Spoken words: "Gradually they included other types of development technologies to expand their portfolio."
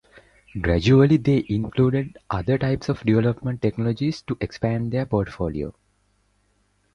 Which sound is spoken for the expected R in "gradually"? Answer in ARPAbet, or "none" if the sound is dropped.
R